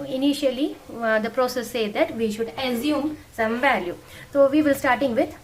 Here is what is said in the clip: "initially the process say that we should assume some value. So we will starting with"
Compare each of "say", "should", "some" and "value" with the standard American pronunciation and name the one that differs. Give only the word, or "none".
none